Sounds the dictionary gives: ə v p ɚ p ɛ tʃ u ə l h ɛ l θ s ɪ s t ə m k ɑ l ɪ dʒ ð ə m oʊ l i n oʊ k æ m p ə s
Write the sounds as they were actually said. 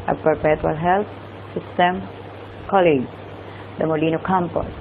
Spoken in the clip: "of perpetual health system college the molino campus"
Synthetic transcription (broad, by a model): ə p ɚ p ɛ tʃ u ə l h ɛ l t s ɪ s t ə m k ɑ l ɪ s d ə m oʊ l i n oʊ k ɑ m p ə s